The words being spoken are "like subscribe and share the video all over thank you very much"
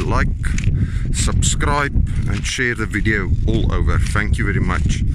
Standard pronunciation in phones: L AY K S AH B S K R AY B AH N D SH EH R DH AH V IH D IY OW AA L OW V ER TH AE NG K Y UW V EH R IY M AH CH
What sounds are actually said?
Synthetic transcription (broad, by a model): L AY K S AH B S K R AY B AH N SH EH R DH AH V IH D IY OW AA L OW V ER TH AE NG K Y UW V EH R IY M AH CH